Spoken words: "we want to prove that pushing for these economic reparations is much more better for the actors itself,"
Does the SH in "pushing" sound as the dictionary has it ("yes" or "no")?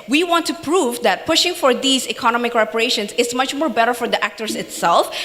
yes